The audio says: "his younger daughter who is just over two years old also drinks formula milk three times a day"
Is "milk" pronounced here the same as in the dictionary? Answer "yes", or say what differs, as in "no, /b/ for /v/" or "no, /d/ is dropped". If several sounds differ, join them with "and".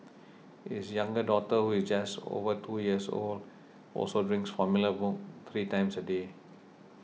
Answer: no, /l/ is dropped